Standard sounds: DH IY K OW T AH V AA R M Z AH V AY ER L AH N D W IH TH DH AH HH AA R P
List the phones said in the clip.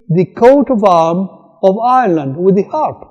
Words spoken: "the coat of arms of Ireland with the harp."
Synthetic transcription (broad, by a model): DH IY K OW T AH V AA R M AH V AY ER L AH N D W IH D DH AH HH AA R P